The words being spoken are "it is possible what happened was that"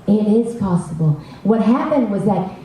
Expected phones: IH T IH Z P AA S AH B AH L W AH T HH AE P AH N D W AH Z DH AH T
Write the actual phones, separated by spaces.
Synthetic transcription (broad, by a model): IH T IH Z P AA S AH B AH L W AH T HH AE P AH N D W AH Z DH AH T